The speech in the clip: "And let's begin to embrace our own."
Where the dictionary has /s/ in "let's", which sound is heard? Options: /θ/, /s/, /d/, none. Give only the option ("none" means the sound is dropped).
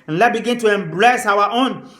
none